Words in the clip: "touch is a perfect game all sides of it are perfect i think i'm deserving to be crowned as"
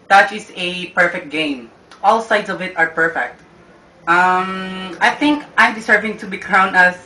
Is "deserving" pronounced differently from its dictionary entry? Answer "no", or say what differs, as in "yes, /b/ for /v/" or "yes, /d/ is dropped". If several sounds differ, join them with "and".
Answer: yes, /s/ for /z/